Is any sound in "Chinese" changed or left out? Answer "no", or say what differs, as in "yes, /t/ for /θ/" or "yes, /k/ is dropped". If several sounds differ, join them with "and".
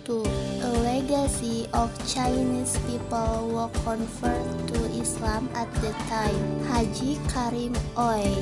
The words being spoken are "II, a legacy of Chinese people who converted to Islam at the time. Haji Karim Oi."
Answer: yes, /s/ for /z/